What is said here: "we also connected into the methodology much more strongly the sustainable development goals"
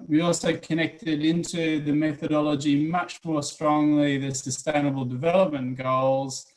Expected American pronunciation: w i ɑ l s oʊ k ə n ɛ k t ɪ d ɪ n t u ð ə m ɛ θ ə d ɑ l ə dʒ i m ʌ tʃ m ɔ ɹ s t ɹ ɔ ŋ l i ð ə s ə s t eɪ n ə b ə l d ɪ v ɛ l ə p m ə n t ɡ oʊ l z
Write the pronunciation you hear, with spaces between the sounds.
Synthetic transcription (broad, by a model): w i ɑ l s oʊ k ə n ɛ k t ɪ d ɪ n t u ð ə m ɛ θ ə d ɑ l ə dʒ i m ʌ tʃ m ɔ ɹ s t ɹ ɔ ŋ l i ð ə s ə s t eɪ n ə b ə l d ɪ v ɛ l ə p m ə n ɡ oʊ l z